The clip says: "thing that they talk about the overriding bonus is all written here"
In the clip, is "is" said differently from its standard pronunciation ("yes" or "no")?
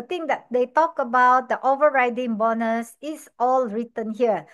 yes